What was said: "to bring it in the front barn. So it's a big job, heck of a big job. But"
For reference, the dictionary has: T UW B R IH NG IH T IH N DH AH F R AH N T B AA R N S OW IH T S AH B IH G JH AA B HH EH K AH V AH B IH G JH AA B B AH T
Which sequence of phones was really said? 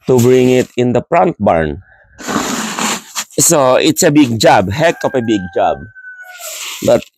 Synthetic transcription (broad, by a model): T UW B R IH NG IH T IH N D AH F R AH N T B AA R N S OW IH T S AH B IH G JH AA B HH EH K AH P AH B IH G JH AA B B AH T